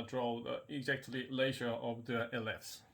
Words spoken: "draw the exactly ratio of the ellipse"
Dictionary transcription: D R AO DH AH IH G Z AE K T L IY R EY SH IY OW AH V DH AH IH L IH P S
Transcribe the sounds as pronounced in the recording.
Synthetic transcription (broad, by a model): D R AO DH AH IH G Z AE K T L IY L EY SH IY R AH V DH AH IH L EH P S